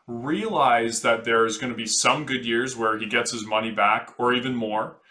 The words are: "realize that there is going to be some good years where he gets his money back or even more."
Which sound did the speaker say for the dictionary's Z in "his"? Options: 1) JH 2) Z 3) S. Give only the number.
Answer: 2